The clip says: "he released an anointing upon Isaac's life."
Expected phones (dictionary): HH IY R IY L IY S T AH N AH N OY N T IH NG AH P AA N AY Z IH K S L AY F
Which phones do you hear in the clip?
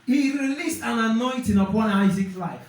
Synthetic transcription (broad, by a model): HH IY R IY L IY S T AH N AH N OY N T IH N AH P AA N AY Z IH K S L AY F